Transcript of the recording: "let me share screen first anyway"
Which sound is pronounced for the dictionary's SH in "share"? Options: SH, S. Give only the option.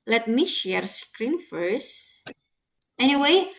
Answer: SH